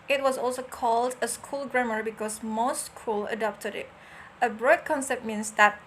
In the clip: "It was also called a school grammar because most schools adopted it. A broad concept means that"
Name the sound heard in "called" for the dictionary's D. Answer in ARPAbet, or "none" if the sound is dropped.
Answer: D